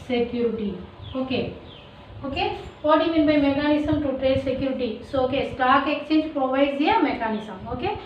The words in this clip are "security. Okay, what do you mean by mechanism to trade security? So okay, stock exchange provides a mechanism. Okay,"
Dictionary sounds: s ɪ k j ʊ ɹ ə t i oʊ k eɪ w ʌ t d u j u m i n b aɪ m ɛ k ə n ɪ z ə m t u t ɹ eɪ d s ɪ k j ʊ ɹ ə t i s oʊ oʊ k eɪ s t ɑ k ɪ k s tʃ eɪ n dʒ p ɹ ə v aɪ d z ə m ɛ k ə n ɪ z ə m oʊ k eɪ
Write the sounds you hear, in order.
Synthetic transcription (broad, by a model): s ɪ k j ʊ ɹ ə t i oʊ k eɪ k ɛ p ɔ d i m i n b aɪ m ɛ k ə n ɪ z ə m t u t ɹ eɪ d s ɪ k j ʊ ɹ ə t i s oʊ oʊ k eɪ s t ɑ k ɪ k tʃ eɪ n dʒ p ɹ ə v aɪ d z ə m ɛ k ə n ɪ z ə m oʊ k eɪ